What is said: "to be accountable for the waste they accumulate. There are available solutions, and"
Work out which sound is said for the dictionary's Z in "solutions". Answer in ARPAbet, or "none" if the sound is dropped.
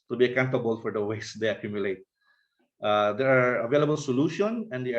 none